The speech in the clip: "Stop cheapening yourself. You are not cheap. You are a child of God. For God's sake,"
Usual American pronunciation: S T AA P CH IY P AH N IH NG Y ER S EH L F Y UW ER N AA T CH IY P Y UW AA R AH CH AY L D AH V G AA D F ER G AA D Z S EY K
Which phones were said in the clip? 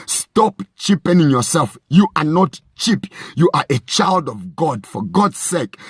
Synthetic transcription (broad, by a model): S T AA P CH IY P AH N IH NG Y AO S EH L F Y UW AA N AA T CH IY P Y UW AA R AH CH AY L D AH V G AA D F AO G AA D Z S EY K